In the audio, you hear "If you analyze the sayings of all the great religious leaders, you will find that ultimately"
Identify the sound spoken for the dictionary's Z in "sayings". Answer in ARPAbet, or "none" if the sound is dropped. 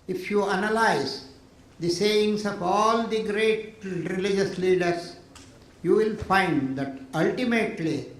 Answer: S